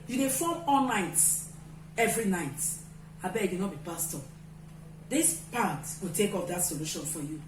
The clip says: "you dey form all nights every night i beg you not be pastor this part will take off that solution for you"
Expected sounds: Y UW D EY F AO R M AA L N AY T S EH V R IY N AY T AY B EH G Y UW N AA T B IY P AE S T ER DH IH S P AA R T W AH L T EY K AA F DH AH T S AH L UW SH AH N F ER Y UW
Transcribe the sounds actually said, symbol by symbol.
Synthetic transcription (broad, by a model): Y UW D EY F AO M AA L N AY T EH V R IY N AY T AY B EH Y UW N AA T B IY P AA S T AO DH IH S P AA T W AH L T EY K AA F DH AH T S AH L UW SH AH N F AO Y UW